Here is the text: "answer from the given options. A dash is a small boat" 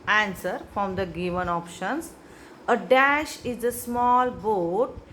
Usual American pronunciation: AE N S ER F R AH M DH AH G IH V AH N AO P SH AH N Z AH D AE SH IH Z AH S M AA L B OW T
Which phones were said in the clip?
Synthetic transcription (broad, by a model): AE N S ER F R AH M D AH G IH V AH N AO P SH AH N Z AH D AE SH IH Z AH S M AA L B OW T